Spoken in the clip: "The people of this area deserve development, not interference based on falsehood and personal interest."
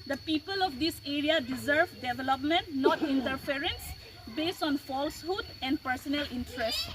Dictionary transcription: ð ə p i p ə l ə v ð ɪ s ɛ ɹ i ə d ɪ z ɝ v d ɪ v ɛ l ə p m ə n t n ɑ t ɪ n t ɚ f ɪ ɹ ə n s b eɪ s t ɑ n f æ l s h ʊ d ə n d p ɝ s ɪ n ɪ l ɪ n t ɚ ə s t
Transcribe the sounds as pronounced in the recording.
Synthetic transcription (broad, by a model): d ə p i p ə l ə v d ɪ s ɛ ɹ i ə d ɪ z ɝ v d ɪ v ɛ l ə p m ə n t n ɑ t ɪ n t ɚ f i ɹ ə n s b eɪ s t ɑ n f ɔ l s h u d ə n d p ɝ s ɪ n ɪ l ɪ n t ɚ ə s t